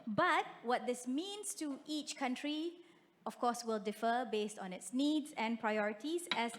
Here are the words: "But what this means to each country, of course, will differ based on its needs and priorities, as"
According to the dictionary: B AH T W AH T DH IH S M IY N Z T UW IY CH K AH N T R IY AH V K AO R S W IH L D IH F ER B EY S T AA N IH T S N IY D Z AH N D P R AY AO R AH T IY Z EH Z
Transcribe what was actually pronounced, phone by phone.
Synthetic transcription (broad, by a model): B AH T W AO T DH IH S M IY N S T UW IY CH K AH N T R IY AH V K AO S W IH L D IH F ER B EY S T AA N IH T S N IY D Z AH N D P R AY AO R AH T IY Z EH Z